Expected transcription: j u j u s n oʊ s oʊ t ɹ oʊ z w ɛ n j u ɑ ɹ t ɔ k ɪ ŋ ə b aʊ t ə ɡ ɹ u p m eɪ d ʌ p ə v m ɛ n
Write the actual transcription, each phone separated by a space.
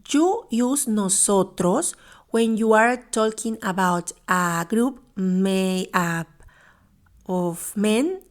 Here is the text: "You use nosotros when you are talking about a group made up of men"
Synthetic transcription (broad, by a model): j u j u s n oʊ s oʊ t ɹ oʊ s w ɛ n j u ɑ ɹ t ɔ k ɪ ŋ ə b aʊ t ə ɡ ɹ u p m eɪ ʌ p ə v m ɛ n